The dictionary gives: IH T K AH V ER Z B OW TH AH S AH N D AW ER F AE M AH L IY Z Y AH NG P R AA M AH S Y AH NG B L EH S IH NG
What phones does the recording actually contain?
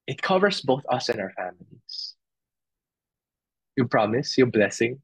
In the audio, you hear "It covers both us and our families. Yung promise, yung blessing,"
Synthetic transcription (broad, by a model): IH T K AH V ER S B OW TH AH S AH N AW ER F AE M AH L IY S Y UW P R AA M AH S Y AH B L EH S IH NG